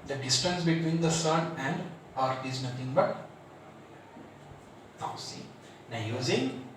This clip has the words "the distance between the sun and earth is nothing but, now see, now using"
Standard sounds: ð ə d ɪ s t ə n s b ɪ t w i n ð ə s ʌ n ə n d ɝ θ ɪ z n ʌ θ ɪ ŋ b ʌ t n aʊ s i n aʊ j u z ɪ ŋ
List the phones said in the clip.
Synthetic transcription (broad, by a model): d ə d ɪ s t ə n s b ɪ t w i n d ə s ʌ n ə n d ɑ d ɪ z n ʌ t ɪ ŋ b ʌ t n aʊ s i n aʊ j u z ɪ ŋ